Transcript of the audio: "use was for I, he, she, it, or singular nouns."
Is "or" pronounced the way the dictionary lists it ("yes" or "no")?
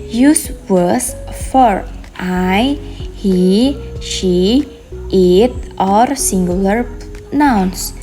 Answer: yes